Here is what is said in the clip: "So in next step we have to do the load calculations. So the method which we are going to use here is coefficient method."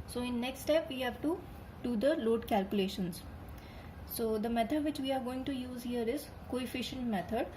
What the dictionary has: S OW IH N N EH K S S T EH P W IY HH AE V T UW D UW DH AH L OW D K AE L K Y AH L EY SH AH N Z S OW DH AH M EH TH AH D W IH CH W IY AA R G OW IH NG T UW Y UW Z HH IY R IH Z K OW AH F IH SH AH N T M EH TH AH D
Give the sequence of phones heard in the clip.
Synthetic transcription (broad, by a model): S OW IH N N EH K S S T EH P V IY HH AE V T UW D UW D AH L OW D K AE L K Y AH L EY SH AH N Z S OW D AH M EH T AH D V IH CH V IY AA R G OW IH NG T UW Y UW Z HH IY R IH Z K OW AH F IH SH AH N T M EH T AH D